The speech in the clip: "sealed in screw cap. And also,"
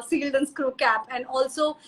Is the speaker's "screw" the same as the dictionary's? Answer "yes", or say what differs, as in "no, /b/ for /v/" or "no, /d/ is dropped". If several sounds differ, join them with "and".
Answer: yes